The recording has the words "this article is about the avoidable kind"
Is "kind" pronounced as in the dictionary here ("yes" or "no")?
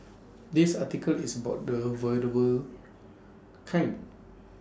no